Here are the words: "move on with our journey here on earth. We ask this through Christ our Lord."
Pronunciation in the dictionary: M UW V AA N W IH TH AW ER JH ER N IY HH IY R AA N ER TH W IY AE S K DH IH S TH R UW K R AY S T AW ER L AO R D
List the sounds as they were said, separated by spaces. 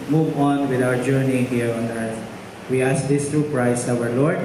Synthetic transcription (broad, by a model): M UW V AA N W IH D AW ER JH ER N IY HH IY R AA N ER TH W IY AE S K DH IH S T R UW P R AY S AW ER L AO R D